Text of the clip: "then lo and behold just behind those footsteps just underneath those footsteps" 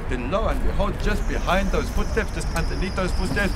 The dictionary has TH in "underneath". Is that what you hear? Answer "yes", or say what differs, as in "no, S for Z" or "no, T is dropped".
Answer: no, T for TH